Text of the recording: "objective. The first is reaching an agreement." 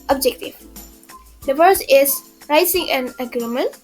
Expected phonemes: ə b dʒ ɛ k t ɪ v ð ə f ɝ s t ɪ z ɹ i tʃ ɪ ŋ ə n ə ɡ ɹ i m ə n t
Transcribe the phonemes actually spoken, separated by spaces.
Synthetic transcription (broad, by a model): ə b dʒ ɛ k t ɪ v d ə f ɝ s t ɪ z ɹ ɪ s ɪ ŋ ə n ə ɡ ɹ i m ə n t